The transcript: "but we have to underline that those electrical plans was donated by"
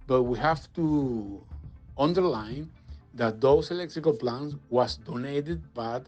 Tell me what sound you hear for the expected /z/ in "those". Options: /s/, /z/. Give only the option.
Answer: /s/